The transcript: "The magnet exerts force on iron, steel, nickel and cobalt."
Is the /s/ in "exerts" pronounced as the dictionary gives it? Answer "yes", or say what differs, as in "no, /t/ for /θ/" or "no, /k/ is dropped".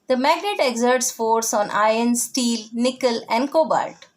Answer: yes